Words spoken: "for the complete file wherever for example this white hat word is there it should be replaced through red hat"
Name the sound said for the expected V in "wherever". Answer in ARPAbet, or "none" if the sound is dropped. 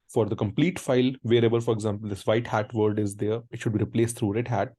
B